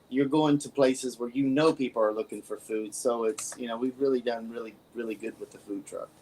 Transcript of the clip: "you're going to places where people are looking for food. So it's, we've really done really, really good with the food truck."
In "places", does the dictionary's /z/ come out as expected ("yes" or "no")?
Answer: yes